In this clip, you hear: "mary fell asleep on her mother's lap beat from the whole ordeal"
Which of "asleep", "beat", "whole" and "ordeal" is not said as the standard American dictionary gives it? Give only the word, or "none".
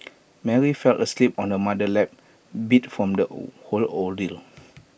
ordeal